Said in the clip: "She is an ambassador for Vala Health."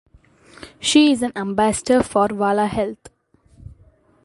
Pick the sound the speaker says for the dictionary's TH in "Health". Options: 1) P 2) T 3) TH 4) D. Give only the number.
2